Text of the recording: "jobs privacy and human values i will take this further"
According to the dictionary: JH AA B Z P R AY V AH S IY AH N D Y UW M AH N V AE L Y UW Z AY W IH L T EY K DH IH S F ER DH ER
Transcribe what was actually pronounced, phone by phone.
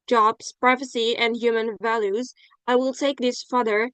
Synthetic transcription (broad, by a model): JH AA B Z P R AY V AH S IY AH N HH Y UW M AH N V AE L Y UW Z AY W IH L T EY K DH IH S F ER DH ER